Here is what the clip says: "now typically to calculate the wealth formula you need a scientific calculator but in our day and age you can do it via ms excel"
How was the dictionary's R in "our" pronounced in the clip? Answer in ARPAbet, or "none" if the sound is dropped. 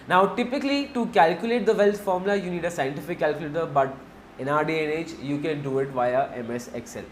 R